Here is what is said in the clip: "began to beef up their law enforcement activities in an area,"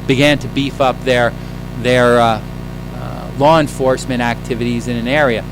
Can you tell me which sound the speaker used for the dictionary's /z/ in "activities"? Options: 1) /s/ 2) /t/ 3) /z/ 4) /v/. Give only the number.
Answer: 3